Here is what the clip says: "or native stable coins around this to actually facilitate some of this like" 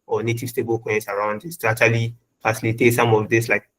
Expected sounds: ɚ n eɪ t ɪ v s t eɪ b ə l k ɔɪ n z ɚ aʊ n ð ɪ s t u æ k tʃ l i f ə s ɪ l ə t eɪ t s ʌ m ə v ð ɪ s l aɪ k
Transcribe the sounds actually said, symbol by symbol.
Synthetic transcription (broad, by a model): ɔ n eɪ t ɪ v s t eɪ b ə l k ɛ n s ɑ aʊ n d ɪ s t u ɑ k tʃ l i f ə s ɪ l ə t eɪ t s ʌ m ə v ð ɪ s l aɪ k